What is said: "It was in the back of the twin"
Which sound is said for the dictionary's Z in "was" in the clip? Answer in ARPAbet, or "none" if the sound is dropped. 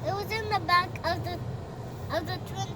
Z